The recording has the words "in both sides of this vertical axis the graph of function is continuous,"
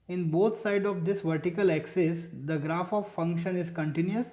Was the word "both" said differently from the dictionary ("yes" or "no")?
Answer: yes